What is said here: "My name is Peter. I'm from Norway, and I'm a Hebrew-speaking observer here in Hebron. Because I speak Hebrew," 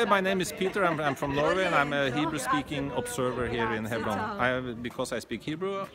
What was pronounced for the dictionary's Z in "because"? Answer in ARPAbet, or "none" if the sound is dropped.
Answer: S